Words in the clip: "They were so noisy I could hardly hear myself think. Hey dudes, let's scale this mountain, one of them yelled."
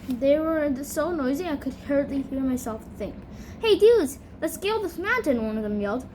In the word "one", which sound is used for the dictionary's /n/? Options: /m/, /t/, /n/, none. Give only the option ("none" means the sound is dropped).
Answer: /n/